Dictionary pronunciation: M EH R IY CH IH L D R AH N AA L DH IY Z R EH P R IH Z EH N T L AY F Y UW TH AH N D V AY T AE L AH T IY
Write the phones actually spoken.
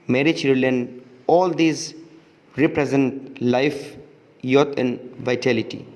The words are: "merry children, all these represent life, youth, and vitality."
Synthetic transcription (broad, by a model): M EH R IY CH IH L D AH N AA L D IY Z R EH P R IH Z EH N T L AY F Y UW T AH N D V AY T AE L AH T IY